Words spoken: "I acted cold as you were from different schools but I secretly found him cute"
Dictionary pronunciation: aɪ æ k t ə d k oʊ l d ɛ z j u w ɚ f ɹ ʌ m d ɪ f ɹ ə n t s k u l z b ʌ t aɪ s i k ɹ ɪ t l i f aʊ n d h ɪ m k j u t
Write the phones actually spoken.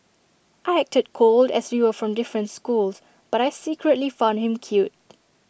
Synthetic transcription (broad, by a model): aɪ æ k t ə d k oʊ l d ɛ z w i w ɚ f ɹ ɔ m d ɪ f ɹ ə n t s k u l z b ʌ t aɪ s i k ɹ ɪ t l i f aʊ n d h ɪ m k j u t